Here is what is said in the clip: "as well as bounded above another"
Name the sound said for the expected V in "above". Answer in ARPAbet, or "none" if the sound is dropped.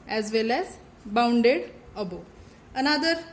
none